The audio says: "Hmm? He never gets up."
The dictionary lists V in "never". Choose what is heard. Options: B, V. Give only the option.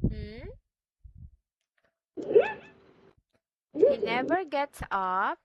V